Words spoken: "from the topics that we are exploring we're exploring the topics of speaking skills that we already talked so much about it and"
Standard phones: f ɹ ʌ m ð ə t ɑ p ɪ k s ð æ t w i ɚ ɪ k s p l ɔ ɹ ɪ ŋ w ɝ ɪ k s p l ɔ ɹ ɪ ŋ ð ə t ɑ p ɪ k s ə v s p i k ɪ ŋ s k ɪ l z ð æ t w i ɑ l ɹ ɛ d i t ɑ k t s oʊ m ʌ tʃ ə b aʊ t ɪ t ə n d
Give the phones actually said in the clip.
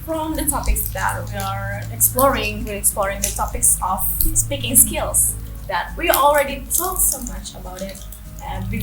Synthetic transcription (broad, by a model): f ɹ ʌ m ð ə t ɑ p ɪ k s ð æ t w i ɚ ɪ k s p l ɔ ɹ ɪ ŋ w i ɪ k s p l ɔ ɹ ɪ ŋ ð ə t ɑ p ɪ k s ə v s p i k ɪ ŋ s k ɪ l s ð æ t w i ɑ l ɹ ɛ d i t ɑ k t s oʊ m ʌ tʃ ə b aʊ t ɪ t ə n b